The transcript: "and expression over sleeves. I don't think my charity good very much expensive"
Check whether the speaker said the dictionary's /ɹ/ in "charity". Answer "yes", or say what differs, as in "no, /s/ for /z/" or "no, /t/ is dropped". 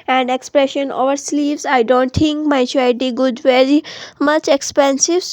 no, /ɹ/ is dropped